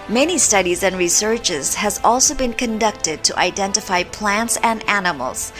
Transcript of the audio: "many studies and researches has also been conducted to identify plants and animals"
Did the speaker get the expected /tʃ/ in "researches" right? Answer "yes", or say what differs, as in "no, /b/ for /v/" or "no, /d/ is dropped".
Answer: yes